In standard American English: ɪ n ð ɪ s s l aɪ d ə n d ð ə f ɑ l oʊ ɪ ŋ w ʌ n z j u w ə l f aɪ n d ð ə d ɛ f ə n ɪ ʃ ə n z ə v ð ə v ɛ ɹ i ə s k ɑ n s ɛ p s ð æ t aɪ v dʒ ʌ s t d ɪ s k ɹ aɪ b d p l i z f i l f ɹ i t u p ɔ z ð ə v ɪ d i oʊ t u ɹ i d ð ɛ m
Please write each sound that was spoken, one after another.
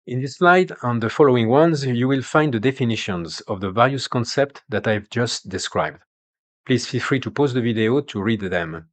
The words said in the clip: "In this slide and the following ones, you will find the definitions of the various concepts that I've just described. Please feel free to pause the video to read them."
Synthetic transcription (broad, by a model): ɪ n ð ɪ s s l aɪ d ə n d ð ə f ɑ l oʊ ɪ ŋ w ʌ n z j u w ə l f aɪ n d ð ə d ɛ f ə n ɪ ʃ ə n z ə v ð ə v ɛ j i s k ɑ n s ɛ p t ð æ t aɪ v dʒ ʌ s t d ɪ s k ɹ aɪ b d p l i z f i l f ɹ i t u p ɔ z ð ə v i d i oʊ t u ɹ i d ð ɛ m